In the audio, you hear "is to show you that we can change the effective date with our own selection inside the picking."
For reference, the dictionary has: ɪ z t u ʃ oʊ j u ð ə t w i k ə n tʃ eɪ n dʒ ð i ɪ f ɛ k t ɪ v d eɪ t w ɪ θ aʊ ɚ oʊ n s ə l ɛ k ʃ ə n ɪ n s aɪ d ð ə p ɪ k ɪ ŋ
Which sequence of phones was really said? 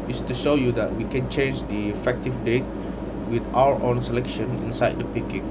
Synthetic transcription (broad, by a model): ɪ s t u ʃ oʊ j u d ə t w i k ə n tʃ eɪ n dʒ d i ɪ f ɛ k t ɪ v d eɪ t w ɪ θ aʊ ɚ oʊ n s ə l ɛ k ʃ ə n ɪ n s aɪ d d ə p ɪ k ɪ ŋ